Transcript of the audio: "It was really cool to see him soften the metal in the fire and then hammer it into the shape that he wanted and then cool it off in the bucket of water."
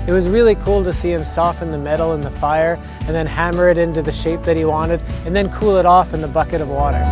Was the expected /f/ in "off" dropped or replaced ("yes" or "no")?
no